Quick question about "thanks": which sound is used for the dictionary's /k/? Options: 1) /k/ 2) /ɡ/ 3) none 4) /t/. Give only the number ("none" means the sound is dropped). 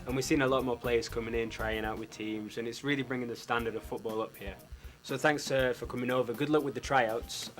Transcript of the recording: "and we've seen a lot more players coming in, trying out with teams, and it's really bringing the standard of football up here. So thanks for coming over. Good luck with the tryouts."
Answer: 1